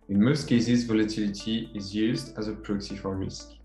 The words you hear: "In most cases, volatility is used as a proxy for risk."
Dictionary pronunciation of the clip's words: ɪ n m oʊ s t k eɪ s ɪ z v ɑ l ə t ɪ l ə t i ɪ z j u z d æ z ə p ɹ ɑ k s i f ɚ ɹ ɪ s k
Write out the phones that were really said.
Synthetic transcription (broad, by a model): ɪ n m oʊ s t k eɪ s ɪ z v ɑ l ə t ɪ l ə t i ɪ z j u z d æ z ə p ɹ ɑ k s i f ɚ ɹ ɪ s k